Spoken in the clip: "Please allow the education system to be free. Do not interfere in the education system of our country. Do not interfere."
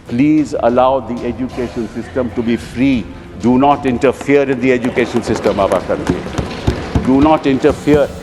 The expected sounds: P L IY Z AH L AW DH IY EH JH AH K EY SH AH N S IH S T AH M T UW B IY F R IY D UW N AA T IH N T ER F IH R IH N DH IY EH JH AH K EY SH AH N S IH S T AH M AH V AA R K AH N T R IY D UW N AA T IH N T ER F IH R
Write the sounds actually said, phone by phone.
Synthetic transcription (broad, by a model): P L IY Z AH L AW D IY EH JH AH K EY SH AH N S IH S T AH M T UW B IY F R IY D UW N AA T IH N T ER F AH R IH N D IY EH JH AH K EY SH AH N S IH S T AH M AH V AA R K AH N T IY D UW N AA T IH N T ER F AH R